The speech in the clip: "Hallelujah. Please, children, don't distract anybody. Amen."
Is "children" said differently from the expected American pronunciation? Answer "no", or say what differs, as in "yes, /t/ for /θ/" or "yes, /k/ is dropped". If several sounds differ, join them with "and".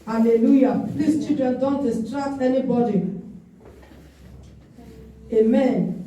yes, /l/ is dropped